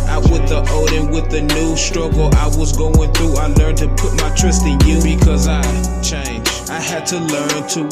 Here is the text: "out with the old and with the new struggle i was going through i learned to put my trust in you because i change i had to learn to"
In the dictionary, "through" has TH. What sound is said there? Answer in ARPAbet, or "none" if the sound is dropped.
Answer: TH